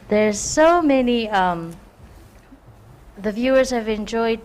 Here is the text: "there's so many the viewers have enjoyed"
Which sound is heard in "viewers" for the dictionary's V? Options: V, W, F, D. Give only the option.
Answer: V